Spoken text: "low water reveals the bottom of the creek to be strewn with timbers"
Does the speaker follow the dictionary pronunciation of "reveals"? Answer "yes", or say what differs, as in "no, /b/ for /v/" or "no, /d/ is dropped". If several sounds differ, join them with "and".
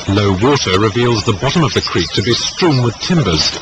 yes